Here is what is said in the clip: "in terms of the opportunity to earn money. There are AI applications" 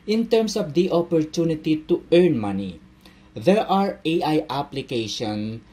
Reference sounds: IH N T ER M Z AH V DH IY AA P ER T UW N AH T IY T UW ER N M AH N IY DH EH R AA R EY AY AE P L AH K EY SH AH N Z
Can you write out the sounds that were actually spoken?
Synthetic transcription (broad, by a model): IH N T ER M S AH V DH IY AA P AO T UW N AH T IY T UW ER N M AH N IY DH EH R AA R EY AY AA P L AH K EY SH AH N